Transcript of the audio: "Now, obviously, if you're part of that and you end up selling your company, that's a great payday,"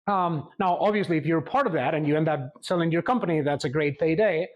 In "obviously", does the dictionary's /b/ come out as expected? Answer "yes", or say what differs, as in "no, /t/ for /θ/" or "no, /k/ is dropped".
yes